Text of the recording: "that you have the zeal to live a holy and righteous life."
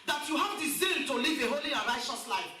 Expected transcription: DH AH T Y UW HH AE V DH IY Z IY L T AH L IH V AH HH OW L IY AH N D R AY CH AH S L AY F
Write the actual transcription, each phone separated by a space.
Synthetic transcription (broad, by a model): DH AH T Y UW HH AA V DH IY S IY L T AH L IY V AH HH OW L IY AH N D R AY CH AH S L AY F